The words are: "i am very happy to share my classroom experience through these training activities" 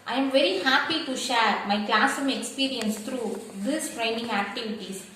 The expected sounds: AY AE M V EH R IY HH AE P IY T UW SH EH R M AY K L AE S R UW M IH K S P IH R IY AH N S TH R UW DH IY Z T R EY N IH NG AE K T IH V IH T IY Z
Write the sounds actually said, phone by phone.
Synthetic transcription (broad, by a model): AY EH M V EH R IY HH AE P IY T UW SH EH R M AY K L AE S UW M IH K S P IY R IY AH N S T R UW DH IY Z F R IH N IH NG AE K T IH V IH T IY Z